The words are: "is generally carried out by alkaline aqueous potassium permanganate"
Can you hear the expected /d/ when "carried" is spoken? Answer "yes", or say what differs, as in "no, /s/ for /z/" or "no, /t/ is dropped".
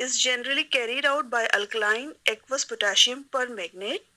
yes